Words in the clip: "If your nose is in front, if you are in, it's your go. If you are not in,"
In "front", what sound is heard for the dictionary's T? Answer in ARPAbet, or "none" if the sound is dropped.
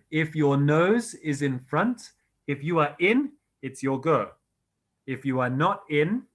T